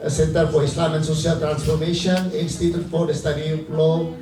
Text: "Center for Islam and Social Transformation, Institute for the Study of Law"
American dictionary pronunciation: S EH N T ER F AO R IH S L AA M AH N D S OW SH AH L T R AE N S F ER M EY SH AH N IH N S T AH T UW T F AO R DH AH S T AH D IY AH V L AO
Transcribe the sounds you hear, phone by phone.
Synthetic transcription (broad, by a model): S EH N T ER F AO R IH S L AA M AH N S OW S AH L T R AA N S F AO M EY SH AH N IH N S T AH T UW T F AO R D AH S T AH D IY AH P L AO